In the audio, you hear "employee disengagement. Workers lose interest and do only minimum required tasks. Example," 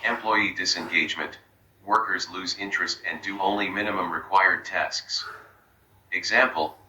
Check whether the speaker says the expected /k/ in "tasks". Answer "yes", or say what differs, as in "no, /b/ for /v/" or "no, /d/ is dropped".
yes